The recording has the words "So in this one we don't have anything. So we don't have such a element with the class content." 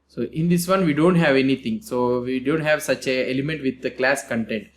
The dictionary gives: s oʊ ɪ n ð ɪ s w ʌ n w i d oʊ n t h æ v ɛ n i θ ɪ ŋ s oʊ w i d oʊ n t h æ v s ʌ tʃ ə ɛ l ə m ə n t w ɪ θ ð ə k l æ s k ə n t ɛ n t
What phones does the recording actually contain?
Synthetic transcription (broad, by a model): s oʊ ɪ n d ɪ s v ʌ n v i d oʊ n t h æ v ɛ n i t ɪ ŋ s oʊ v i d oʊ n t h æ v s ʌ tʃ ə ɛ l ə m ə n t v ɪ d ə k l æ s k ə n t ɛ n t